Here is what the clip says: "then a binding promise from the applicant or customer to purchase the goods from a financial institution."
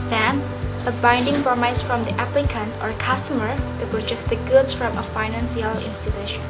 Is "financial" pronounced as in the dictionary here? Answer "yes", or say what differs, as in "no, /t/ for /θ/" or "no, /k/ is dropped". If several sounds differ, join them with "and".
no, /s/ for /ʃ/